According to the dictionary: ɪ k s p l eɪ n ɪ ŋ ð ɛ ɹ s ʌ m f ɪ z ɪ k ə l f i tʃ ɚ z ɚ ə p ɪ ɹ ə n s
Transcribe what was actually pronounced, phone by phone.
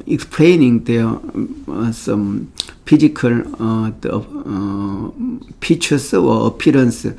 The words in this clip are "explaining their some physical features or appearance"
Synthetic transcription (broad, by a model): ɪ k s p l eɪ n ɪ ŋ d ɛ s ʌ m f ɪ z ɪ k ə l p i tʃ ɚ s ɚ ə p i ɹ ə n s